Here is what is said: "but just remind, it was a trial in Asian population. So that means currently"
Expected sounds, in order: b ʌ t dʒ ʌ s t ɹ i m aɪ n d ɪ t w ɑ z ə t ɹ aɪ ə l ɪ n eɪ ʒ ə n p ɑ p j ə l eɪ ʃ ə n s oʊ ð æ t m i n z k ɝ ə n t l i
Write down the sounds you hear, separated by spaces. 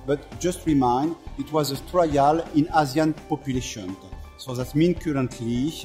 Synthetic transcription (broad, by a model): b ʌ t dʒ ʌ s t ɹ i m aɪ n d ɪ t w ɑ z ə t ɹ aɪ ə l ɪ n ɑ z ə n p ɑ p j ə l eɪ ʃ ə n s oʊ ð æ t m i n k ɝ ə n t l i